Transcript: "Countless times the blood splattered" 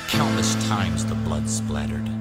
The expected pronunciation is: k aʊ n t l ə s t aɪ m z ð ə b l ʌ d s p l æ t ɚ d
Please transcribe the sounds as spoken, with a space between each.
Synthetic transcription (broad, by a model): k aʊ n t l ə s t aɪ m z ð ə b l ʌ d s p l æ t ɚ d